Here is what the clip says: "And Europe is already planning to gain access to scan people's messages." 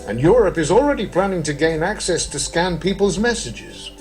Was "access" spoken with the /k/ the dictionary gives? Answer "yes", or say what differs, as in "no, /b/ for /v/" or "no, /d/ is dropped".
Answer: yes